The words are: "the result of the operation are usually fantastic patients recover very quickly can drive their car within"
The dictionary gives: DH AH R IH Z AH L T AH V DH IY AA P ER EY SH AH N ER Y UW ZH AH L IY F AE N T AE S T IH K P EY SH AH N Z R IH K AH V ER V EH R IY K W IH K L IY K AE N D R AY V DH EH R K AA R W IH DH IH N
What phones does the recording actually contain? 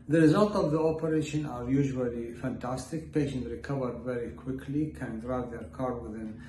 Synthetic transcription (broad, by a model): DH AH R IH Z AH L T AH V DH IY AA P ER EY SH AH N ER Y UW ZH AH L IY F AE N T AE S T IH K P EY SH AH N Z R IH K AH V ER V EH R IY K W IH K L IY K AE N D R AY V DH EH R K AA R W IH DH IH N